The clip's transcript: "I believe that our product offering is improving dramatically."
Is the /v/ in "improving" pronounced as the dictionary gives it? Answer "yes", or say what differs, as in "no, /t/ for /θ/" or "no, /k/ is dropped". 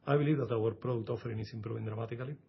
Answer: no, /b/ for /v/